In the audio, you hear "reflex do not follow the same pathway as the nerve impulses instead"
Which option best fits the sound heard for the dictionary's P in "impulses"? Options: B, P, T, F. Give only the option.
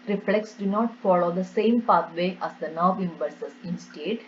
B